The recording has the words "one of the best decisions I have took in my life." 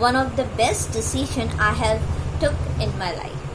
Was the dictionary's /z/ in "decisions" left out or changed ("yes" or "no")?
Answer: yes